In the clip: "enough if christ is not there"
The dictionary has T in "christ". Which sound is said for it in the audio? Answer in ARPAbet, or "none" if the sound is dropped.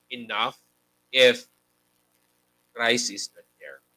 none